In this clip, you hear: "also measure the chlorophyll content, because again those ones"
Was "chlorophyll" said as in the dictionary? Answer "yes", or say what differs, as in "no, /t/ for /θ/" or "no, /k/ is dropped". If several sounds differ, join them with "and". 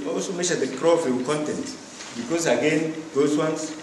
no, /ɹ/ is dropped